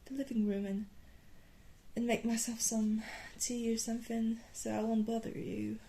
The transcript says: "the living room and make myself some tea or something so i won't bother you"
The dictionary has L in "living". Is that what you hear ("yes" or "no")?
yes